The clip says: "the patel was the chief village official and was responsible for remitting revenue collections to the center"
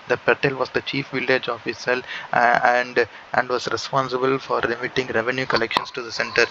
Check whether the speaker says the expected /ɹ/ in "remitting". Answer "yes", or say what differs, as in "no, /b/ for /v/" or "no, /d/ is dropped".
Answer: no, /l/ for /ɹ/